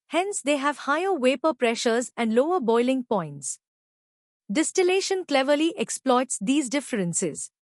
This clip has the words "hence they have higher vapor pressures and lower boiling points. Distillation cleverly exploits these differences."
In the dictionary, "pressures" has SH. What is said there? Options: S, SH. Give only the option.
SH